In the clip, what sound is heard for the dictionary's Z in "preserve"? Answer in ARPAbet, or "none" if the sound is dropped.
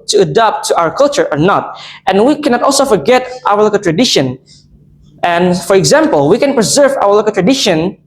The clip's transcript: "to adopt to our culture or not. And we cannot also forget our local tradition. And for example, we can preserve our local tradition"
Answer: Z